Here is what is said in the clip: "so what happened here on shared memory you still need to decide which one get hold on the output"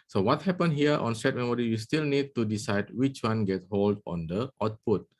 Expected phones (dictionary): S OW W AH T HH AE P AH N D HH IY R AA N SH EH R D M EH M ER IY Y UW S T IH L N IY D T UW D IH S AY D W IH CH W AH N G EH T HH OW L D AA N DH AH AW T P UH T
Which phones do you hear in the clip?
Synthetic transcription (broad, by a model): S OW W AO T HH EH P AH N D HH IY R AA N S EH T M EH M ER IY Y UW S T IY L N IY D T UW D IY S AY D W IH CH W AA N G EH T HH OW L D AA N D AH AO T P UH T